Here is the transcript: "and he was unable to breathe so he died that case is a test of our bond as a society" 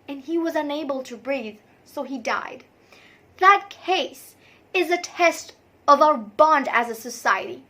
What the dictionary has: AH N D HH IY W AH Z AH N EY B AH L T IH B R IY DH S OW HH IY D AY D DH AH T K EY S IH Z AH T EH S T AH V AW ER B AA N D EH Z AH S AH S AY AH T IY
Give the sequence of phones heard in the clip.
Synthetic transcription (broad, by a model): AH N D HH IY W AH Z AH N EY B AH L T IH B R IY DH S OW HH IY D AY D DH AH T K EY S IH Z AH T EH S T AH V AW ER B AA N D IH Z AH S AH S AY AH T IY